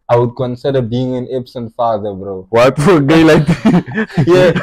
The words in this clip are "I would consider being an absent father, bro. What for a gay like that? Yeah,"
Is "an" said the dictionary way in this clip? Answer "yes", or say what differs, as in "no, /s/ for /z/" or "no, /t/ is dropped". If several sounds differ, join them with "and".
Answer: yes